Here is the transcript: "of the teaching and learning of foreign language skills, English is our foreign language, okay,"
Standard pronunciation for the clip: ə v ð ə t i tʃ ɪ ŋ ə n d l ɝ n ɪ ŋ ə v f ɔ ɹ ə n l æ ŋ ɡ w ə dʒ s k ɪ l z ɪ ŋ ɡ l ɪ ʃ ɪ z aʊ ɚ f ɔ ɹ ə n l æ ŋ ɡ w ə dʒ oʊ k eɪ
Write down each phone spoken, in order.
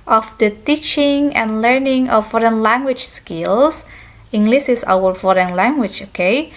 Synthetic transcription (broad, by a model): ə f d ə t i tʃ ɪ ŋ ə n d l ɝ n ɪ ŋ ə f ɔ ɹ ə n l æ ŋ ɡ w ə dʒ s k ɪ l s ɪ ŋ ɡ l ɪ s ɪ s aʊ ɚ f ɔ ɹ ə n l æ ŋ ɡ w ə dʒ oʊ k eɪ